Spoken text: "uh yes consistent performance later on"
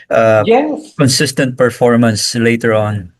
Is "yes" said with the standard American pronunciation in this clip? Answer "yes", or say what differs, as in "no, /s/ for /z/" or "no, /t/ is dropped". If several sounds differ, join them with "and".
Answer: no, /s/ is dropped